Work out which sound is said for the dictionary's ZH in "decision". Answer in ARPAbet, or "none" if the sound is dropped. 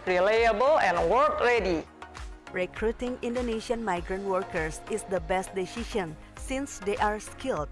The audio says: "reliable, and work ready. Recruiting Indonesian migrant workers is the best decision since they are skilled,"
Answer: SH